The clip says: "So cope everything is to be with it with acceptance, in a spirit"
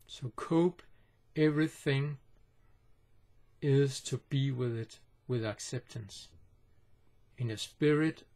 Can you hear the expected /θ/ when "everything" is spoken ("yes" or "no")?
yes